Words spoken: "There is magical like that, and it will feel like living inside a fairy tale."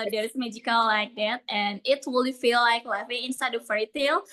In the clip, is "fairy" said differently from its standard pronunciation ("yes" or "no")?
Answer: yes